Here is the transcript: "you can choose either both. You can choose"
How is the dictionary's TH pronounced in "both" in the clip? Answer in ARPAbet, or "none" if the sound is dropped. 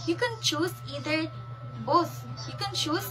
S